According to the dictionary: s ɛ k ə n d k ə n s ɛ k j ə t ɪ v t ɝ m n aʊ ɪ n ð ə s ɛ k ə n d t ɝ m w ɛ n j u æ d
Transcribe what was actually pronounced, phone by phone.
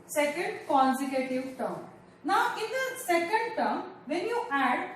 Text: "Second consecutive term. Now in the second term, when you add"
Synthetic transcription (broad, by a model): s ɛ k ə n d k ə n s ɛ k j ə t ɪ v t ɝ m n aʊ ɪ n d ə s ɛ k ə n d t ɝ m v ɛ n j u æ d